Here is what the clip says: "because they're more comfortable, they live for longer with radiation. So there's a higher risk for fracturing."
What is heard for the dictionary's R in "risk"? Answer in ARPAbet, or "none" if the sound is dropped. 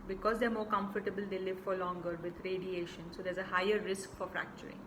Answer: R